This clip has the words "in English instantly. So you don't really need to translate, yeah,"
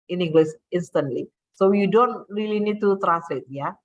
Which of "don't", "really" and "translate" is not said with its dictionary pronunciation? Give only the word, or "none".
translate